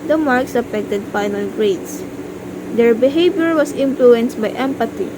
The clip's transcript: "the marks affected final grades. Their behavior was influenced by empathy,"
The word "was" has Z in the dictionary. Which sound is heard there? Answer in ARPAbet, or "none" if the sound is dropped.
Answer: S